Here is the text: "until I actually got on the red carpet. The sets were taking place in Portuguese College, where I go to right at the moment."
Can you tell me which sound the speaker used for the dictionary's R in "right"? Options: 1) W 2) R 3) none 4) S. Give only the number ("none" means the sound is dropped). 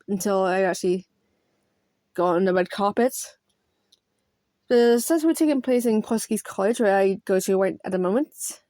1